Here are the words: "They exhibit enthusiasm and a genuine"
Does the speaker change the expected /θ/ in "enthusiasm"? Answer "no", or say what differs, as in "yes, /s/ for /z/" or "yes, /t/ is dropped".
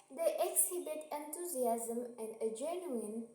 yes, /t/ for /θ/